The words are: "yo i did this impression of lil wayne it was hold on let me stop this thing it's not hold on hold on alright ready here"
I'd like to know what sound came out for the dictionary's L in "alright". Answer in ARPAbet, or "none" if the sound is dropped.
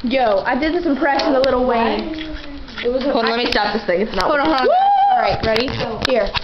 none